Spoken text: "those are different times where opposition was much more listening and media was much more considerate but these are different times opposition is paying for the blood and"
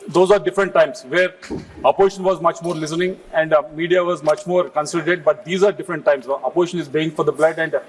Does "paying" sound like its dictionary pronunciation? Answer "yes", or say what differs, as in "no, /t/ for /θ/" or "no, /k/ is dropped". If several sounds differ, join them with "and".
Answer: no, /b/ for /p/